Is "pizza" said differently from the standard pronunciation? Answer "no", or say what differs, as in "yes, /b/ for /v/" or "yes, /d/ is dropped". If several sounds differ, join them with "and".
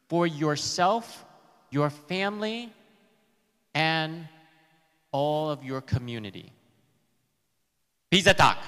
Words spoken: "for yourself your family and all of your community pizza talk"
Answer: yes, /b/ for /p/